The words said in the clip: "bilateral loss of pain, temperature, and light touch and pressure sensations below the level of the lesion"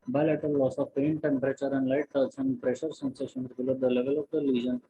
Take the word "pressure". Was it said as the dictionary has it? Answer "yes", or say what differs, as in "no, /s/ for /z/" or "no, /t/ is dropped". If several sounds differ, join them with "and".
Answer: yes